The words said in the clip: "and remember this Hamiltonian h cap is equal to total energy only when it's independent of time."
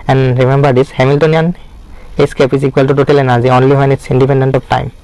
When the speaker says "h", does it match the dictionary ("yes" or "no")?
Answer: no